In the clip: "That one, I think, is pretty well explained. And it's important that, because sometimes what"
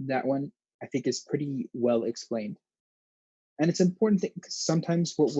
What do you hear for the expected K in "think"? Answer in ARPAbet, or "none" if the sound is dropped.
K